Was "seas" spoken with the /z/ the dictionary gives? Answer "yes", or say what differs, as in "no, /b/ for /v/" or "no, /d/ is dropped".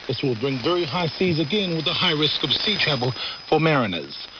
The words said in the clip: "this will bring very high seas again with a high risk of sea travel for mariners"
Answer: yes